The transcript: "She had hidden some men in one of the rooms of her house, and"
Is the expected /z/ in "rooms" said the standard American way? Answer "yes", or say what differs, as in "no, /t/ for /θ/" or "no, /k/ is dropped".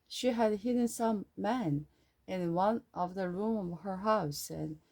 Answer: no, /z/ is dropped